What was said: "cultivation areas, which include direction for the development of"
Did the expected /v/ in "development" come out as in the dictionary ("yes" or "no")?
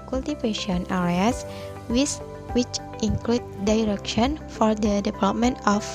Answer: no